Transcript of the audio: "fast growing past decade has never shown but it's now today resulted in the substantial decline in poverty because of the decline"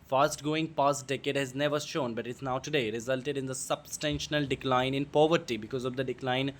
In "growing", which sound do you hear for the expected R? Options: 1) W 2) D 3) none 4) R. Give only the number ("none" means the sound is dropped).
3